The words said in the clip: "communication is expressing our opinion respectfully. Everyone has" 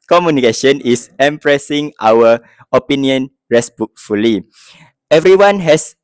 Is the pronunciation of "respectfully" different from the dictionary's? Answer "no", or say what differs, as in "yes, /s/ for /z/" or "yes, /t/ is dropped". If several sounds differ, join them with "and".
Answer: yes, /b/ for /p/